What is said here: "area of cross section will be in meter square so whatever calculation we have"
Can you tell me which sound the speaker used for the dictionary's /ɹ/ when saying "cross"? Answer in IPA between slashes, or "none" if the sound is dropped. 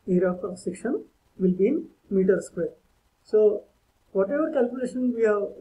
none